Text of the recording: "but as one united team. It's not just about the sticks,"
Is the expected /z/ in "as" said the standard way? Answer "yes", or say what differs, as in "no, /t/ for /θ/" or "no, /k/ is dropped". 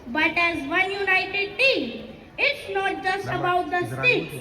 yes